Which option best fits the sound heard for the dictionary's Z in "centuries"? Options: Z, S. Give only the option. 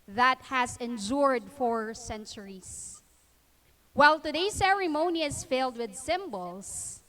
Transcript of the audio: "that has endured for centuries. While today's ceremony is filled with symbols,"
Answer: S